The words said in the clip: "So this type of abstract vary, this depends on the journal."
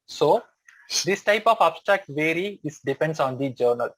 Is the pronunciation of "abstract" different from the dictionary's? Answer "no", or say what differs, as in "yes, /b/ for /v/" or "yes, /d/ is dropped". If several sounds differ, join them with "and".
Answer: no